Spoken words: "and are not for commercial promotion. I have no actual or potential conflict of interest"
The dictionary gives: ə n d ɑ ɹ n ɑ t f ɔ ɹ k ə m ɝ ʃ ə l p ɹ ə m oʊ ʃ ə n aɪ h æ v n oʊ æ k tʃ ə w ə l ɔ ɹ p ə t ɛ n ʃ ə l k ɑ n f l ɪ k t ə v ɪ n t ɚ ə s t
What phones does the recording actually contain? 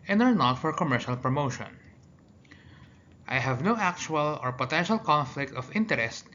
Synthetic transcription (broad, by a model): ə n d ɑ ɹ n ɑ t f ɔ ɹ k ə m ɝ ʃ ə l p ɹ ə m oʊ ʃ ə n aɪ h æ v n oʊ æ k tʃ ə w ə l ɔ ɹ p ə t ɛ n ʃ ə l k ɑ n f l ɪ k t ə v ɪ n t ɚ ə s t